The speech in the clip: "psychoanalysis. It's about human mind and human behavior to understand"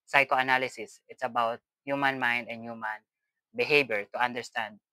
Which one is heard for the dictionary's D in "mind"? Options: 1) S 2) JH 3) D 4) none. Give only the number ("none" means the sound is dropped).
3